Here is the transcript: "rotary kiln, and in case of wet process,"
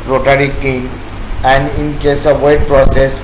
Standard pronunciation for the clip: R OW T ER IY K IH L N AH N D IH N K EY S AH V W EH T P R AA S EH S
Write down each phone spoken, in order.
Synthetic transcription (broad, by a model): R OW T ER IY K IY N AH N D IH N K EY S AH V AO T P R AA S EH S